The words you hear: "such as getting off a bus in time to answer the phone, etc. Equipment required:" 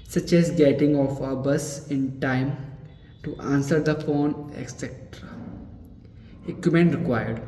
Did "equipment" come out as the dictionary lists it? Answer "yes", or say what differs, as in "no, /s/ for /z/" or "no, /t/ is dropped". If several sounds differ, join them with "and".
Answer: no, /p/ is dropped